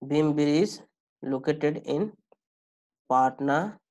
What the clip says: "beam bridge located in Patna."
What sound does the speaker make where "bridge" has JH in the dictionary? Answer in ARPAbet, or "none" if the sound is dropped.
Z